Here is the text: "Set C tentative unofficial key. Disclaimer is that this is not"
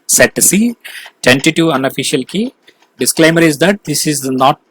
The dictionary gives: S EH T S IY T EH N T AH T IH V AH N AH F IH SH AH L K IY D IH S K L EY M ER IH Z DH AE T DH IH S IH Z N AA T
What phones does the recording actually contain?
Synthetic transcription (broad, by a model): S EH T S IY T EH N T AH T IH AH N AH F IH SH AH L K IY D IH S K L EY M ER IH Z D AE T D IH S IH Z N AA T